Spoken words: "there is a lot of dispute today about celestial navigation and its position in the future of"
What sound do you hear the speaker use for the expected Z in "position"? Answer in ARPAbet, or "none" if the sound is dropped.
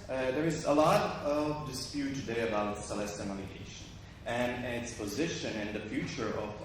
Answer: Z